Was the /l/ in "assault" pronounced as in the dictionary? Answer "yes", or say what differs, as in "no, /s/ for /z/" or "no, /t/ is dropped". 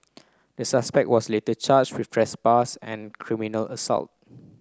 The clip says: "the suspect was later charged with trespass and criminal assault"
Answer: yes